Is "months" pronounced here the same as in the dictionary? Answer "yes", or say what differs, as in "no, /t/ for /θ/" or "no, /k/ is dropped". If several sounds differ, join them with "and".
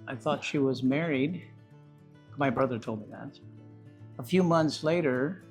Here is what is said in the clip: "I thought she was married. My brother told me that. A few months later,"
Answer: yes